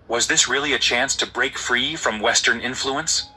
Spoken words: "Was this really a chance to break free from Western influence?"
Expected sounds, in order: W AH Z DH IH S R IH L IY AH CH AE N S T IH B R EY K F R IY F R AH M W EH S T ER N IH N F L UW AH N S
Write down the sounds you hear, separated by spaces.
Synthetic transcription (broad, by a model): W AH Z DH IH S R IH L IY AH CH AE N S T IH B R EY K F R IY F R AH M W EH S T ER N IH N F L UW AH N S